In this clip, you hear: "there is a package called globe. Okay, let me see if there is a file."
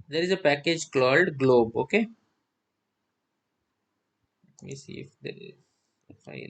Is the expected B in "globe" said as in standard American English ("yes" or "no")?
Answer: yes